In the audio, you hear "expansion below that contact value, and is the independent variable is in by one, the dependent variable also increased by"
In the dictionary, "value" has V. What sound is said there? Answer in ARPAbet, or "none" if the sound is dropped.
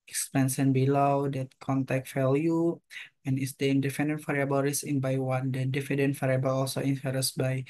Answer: F